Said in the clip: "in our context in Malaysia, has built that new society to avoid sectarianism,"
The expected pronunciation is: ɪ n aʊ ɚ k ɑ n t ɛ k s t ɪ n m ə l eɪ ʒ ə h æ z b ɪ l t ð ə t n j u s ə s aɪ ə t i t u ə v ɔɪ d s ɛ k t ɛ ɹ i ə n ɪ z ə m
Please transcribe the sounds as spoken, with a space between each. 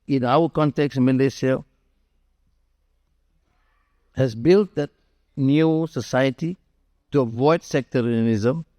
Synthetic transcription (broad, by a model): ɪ n aʊ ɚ k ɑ n t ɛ k s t m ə l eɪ s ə h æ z b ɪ l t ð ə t n j u s ə s aɪ ə t i t u ə v ɔɪ d s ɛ k t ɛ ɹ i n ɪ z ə m